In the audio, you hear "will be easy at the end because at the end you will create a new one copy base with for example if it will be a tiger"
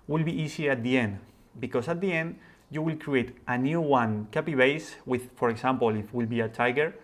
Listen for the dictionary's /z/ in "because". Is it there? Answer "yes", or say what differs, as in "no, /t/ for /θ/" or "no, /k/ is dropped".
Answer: no, /s/ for /z/